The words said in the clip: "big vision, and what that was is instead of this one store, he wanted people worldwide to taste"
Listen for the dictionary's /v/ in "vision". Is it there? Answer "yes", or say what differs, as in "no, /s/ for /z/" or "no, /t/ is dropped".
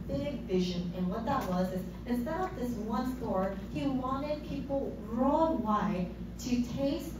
yes